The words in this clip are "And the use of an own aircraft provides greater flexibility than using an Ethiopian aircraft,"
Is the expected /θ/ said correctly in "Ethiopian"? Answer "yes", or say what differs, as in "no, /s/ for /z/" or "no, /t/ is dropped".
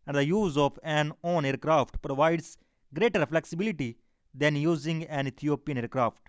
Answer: no, /t/ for /θ/